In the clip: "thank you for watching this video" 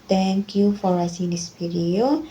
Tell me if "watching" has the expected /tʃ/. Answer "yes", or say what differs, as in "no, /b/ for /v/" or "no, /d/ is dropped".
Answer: no, /s/ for /tʃ/